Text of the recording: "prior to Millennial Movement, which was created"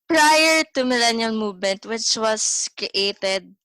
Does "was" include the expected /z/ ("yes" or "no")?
no